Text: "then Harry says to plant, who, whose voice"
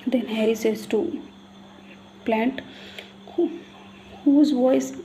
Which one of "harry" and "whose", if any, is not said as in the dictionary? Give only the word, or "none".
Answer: none